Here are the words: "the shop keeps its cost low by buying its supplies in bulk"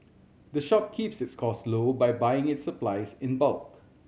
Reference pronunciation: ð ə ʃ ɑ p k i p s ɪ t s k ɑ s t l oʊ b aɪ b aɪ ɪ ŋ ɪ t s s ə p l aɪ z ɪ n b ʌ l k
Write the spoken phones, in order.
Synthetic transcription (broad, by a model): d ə ʃ ɑ p k i p s ɪ t s k ɑ s l oʊ b aɪ b aɪ ɪ ŋ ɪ t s s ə p l aɪ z ɪ n b ʌ l k